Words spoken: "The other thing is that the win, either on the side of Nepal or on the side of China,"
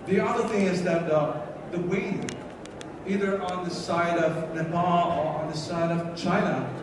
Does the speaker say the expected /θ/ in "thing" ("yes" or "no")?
yes